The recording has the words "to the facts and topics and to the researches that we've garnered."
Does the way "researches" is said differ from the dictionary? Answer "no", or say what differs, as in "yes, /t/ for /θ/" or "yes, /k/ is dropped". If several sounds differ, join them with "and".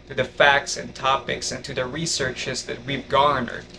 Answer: no